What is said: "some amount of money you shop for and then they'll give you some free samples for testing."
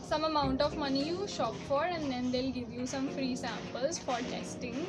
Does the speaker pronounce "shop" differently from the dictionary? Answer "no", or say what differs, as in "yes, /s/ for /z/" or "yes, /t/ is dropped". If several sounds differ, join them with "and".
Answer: no